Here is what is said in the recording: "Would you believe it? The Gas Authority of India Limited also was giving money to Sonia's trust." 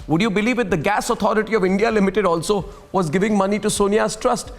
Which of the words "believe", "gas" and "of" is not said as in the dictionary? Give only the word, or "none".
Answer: none